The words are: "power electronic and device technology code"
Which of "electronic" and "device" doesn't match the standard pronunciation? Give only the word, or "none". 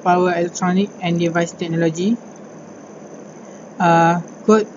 none